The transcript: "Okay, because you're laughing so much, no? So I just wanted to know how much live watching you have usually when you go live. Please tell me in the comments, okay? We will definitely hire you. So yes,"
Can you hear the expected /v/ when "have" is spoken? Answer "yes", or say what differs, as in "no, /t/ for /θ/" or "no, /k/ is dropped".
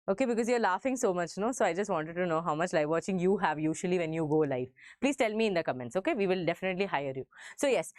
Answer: yes